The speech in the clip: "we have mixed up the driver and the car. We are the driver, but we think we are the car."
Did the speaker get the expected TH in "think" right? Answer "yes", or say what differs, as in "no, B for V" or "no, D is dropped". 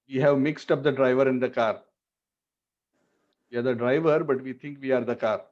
no, T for TH